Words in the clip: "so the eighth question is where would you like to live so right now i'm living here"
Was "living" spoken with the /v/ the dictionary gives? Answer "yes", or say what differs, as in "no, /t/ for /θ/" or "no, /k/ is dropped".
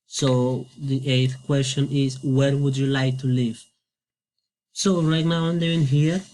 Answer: no, /v/ is dropped